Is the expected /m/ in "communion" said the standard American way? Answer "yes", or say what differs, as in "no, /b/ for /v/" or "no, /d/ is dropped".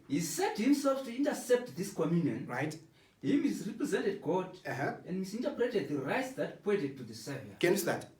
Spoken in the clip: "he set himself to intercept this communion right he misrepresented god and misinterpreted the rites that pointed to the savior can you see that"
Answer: yes